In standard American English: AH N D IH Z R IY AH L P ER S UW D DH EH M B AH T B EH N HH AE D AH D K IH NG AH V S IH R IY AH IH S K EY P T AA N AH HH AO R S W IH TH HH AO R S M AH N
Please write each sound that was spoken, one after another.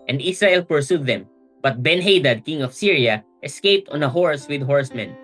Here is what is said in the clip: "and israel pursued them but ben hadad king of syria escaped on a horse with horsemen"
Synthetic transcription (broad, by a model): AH N D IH S R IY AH L P ER S UW D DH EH M B AH T B EH N HH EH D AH D K IH NG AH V S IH R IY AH IH S K EY P T AA N AH HH AO R S W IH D HH AO R S M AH N